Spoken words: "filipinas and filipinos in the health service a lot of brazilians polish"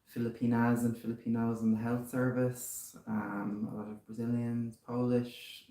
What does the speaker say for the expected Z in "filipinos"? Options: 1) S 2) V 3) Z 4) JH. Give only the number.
3